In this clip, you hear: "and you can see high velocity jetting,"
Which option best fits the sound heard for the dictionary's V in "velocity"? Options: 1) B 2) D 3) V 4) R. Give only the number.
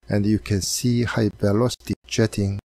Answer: 1